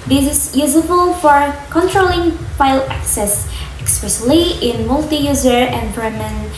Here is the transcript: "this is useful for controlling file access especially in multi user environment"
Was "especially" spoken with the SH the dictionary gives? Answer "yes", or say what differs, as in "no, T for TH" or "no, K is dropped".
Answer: no, S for SH